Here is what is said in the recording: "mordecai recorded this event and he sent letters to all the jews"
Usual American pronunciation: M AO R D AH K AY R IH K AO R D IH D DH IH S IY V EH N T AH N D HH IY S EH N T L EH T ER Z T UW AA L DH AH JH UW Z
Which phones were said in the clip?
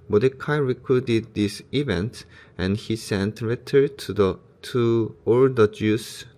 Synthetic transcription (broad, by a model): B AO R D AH K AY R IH K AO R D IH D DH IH S IY V EH N T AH N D HH IY S EH N T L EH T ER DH T UW AA L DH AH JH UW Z